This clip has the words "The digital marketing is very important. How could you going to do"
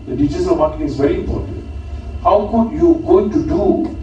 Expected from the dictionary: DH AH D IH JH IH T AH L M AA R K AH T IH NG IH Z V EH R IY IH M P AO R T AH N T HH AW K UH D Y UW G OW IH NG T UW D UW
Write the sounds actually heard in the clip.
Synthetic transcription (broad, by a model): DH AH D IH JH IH S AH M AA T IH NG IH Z V EH R IY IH M P AO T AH N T HH AW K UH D Y UW G OW IH NG T UW D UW